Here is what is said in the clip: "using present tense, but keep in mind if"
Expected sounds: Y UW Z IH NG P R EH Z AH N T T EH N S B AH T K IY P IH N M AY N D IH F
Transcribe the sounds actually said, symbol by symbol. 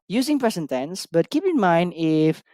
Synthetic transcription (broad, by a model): Y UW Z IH NG P R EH S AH N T T EH N S B AH T K IY P IH N M AY N D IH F